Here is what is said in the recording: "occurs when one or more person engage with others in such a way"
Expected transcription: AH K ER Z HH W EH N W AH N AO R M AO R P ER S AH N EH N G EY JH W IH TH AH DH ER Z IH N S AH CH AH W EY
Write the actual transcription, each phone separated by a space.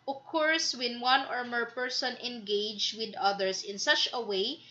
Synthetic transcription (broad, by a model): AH K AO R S W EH N W AH N AO R M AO R P ER S AH N EH N G EY JH W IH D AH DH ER S IH N S AH CH AH W EY